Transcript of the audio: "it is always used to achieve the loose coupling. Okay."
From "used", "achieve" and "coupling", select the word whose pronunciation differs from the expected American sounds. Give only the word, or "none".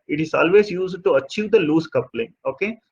none